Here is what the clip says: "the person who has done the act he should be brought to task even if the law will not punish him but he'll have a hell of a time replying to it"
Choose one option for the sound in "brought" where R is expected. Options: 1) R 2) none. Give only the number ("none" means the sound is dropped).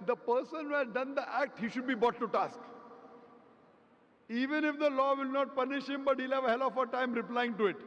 2